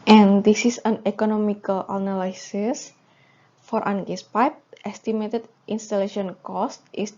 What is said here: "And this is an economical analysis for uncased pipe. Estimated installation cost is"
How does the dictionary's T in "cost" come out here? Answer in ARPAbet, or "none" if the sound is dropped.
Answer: T